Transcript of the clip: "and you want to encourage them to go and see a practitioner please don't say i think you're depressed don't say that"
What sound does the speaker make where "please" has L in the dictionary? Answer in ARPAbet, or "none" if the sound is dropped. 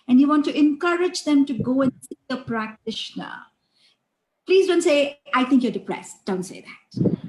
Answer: L